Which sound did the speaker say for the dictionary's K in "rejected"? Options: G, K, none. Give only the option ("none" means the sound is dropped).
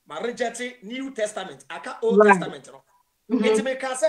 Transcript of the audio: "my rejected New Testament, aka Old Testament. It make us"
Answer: none